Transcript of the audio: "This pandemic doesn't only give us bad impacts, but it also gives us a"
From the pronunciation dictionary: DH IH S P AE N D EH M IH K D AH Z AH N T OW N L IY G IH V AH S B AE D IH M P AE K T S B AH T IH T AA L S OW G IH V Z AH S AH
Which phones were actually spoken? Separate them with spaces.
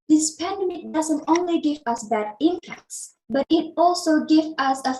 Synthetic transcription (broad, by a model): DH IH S P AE N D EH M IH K D AH Z AH N T OW N L IY G IH V AH S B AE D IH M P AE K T S B AH T IH T AA L S OW G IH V AH S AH